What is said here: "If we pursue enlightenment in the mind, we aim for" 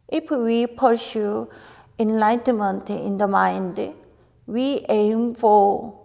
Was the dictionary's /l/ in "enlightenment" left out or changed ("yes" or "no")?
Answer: no